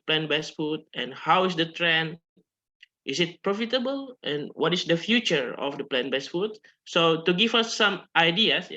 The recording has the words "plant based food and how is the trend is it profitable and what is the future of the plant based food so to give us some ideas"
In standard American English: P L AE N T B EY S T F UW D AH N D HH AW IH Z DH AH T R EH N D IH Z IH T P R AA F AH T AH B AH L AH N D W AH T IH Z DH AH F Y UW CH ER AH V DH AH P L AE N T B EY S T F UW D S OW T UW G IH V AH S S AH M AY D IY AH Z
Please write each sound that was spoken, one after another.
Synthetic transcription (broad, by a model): P L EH N B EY S F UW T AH N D HH AW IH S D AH T R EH N IH S IH T P R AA F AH T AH B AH L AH N W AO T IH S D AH F Y UW CH ER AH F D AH P L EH N B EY S F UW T S OW T UW G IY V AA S S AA M AY D IY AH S